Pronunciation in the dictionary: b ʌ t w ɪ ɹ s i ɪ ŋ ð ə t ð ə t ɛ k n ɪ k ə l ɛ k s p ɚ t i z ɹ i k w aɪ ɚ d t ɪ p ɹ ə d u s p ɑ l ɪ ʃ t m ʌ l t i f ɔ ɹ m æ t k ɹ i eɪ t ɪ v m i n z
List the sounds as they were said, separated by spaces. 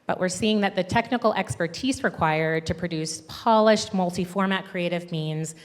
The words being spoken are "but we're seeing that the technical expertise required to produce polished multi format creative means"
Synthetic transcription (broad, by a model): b ʌ t w ɪ ɹ s i ɪ ŋ ð ə t ð ə t ɛ k n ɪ k l ɛ k s p ɚ t i z ɹ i k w aɪ ɚ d t ɪ p ɹ ə d u s p ɑ l ɪ ʃ t m ʌ l t i f ɔ ɹ m æ t k ɹ i eɪ t ɪ v m i n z